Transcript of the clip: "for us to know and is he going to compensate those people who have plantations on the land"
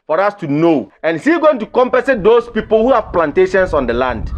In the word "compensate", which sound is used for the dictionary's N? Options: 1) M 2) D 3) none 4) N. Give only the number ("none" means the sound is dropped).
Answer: 3